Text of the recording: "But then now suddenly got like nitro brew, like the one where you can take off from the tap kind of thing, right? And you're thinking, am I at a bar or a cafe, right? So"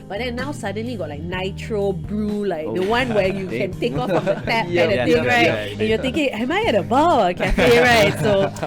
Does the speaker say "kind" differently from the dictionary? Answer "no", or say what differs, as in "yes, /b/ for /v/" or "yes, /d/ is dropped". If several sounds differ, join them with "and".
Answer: yes, /n/ is dropped